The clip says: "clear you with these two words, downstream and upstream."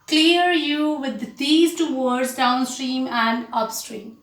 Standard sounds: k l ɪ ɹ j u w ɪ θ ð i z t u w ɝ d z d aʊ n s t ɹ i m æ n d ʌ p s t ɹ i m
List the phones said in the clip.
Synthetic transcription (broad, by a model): k l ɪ ɹ j u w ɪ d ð i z t u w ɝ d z d aʊ n s t ɹ i m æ n d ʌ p s t ɹ i m